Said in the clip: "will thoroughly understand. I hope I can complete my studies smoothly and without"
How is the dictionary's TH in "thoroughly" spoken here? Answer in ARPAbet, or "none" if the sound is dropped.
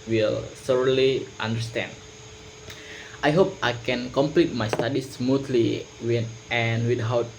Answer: S